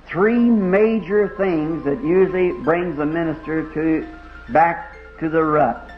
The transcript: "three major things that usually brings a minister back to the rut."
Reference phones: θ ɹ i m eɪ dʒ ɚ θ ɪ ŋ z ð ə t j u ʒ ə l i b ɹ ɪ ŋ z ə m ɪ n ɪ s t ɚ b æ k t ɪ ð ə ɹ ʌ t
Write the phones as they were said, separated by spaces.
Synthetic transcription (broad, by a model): θ ɹ i m eɪ dʒ ɚ θ ɪ ŋ z ð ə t j u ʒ l i b ɹ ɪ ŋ z ə m ɪ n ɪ s t ɚ b æ k t ɪ ð ə ɹ ʌ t